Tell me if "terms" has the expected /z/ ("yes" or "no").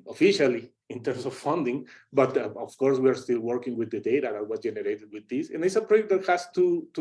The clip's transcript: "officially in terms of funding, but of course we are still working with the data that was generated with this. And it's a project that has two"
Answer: no